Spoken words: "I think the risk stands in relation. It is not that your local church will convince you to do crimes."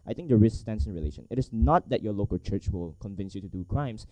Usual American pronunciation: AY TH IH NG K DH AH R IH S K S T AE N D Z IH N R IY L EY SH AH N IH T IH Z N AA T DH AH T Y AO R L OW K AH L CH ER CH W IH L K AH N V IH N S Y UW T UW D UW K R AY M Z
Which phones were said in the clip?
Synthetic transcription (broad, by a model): AY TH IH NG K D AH R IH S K S T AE N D S IH N R IY L EY SH AH N IH T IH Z N AA T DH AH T Y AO L OW K AH L CH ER CH W IH L K AH N V IH N S Y UW T UW D UW K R AY M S